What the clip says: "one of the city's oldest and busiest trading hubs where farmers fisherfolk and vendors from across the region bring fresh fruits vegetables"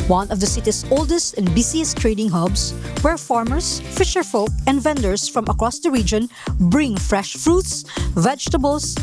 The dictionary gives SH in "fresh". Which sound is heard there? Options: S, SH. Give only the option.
SH